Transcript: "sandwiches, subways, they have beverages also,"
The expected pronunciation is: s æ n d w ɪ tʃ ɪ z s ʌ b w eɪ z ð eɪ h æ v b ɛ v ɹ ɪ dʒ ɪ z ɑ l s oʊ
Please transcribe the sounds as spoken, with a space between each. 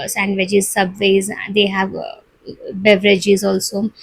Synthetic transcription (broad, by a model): s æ n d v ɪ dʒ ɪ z s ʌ b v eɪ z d eɪ h æ v b ɛ v ɹ ɪ dʒ ɪ z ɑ l s oʊ